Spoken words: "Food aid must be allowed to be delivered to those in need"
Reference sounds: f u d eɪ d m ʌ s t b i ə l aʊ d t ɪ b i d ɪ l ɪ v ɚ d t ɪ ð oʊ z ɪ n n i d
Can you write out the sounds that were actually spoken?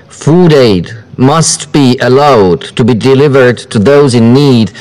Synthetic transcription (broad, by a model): f u d eɪ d m ʌ s t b i ə l aʊ d t ɪ b i d ɪ l ɪ v ɚ d t ɪ ð oʊ z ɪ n n i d